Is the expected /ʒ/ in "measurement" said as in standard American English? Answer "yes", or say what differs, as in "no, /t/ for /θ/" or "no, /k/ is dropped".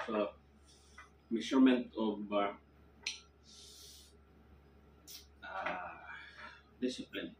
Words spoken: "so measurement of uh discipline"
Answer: no, /s/ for /ʒ/